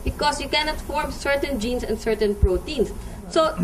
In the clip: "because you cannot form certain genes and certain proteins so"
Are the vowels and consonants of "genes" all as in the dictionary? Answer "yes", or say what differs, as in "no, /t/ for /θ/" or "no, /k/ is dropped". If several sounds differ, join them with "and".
no, /s/ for /z/